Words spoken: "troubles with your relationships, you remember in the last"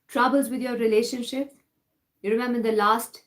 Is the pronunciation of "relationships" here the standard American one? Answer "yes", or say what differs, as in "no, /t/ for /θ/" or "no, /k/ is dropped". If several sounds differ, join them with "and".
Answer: no, /s/ is dropped